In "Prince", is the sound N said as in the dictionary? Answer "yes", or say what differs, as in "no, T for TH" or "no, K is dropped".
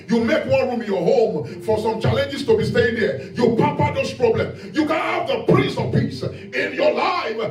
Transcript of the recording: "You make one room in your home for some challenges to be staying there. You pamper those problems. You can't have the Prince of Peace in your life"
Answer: no, N is dropped